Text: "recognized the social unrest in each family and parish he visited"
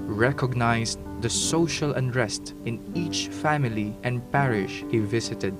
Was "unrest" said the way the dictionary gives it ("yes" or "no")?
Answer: yes